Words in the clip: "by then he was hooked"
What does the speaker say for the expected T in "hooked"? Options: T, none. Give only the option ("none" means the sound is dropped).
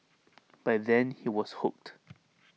T